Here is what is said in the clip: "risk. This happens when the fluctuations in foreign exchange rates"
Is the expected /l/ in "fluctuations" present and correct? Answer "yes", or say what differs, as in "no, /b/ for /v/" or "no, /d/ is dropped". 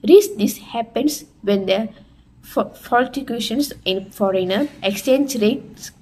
no, /l/ is dropped